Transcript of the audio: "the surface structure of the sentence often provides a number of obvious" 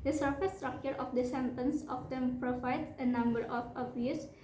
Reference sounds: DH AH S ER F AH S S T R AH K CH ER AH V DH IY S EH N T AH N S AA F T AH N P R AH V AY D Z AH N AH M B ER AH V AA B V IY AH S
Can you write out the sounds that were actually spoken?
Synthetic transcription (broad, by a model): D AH S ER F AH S S T R AH K CH ER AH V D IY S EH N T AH N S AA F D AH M P R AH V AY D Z AH N AH M B ER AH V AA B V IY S